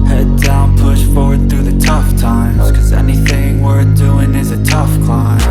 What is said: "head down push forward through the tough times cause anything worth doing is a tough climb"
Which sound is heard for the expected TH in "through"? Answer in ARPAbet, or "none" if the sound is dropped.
TH